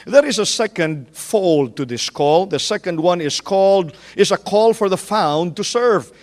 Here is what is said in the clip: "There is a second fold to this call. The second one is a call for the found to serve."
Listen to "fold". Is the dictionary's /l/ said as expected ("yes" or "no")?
yes